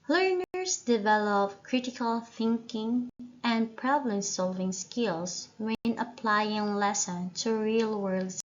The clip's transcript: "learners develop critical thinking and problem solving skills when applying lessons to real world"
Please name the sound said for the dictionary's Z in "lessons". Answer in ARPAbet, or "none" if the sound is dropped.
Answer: none